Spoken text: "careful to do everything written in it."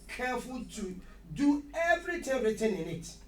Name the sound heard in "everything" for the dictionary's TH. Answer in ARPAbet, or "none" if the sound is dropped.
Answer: T